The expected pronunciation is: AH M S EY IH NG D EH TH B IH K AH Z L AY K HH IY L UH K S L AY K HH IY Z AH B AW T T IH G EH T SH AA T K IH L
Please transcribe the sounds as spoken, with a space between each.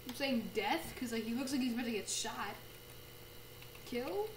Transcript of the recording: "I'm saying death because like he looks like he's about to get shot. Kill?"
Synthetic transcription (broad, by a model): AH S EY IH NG D EH TH K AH Z L AY K HH IY L UH K S L AY K HH IY Z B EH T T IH G EH T SH AA T K IH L